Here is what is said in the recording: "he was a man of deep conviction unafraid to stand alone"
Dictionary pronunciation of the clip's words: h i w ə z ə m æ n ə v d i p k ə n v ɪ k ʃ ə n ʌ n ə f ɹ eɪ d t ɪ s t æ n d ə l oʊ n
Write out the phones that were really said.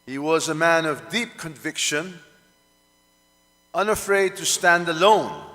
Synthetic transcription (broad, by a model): h i w ə z ə m æ n ə v d i p k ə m v ɪ k ʃ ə n ʌ n ə f ɹ eɪ d t ɪ s t æ n d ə l oʊ n